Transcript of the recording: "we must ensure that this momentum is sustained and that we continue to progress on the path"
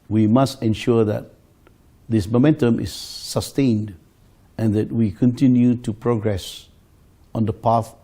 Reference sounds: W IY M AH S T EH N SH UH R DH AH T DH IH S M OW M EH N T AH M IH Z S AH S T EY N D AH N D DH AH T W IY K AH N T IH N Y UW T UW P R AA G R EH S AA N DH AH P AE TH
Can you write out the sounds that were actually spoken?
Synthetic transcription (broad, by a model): W IY M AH S T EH N SH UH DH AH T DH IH S M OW M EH N T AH M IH S AH S T EY N D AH N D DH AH T W IY K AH N T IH N Y UW T UW P R AA G R EH S AA N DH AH P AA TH